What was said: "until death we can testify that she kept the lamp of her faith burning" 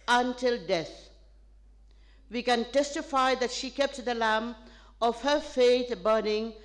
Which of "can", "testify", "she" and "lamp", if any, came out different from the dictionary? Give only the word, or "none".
lamp